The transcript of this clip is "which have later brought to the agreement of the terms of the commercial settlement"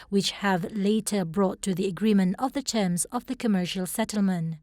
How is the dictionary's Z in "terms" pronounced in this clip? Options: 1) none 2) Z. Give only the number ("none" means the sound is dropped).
2